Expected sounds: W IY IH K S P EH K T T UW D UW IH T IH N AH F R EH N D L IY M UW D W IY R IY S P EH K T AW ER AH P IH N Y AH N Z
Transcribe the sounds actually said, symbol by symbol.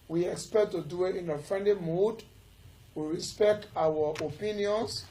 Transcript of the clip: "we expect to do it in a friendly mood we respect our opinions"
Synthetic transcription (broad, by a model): W IY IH K S P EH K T T UW D UW IH T IH N AH F R EH N D L IY M UW D W IY R IY S P EH K T AW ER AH P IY N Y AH N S